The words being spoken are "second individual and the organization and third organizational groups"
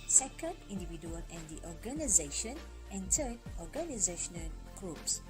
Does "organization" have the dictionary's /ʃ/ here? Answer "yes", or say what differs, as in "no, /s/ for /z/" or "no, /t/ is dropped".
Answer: yes